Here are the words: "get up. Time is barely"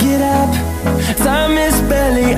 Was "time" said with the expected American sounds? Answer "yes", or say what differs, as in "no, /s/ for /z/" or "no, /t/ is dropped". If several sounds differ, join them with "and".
no, /s/ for /t/